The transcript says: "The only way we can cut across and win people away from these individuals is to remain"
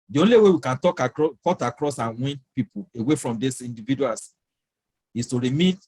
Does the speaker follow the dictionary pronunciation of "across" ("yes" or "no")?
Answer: yes